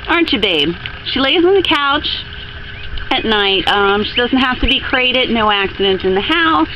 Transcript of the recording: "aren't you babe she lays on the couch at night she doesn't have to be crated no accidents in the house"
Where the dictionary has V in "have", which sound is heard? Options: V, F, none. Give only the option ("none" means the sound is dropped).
F